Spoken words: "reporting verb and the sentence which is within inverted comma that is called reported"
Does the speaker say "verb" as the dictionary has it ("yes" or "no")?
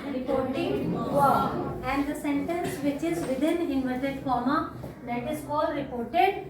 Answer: no